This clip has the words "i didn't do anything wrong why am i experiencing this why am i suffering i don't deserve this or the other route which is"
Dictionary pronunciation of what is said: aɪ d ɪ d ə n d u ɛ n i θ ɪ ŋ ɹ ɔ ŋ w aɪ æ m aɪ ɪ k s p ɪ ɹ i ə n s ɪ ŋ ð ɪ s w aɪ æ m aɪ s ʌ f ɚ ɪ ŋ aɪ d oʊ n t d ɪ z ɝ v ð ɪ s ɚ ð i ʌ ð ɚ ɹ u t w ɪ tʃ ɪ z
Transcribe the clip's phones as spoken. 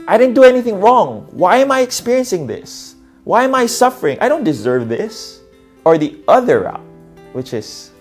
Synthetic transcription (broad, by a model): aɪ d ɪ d n d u ɛ n i θ ɪ ŋ ɹ ɔ ŋ w aɪ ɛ m aɪ ɪ k s p ɪ ɹ i ə n s ɪ ŋ ð ɪ s w aɪ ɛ m aɪ s ʌ f ɚ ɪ ŋ aɪ d oʊ n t d ɪ z ɝ v ð ɪ s ɚ ð i ʌ ð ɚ ɹ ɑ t w ɪ tʃ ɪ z